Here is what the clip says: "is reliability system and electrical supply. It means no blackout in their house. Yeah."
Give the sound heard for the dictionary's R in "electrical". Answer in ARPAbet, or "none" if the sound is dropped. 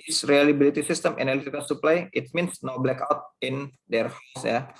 none